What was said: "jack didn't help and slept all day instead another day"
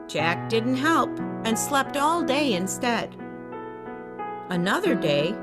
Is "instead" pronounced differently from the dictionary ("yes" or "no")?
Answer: no